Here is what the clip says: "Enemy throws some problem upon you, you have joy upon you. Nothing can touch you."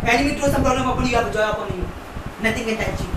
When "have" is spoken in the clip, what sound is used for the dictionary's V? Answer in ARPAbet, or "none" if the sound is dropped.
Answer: P